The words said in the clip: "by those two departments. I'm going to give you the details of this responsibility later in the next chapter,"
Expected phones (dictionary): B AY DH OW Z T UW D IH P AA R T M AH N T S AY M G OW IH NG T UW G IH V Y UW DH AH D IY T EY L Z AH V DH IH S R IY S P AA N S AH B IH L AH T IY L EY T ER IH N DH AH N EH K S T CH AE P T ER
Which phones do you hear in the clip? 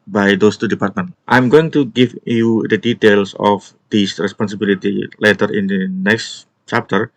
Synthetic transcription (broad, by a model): B AY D OW S T UW D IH P AA R T M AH N T AY M G OW IH NG T UW G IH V Y UW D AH D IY T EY L S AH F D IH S R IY S P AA N S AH B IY L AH T IY L EY T ER IH N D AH N EH K S T CH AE P T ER